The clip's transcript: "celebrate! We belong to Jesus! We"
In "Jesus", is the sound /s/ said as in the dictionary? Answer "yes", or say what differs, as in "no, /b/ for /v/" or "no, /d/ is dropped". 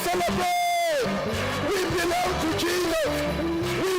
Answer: no, /s/ is dropped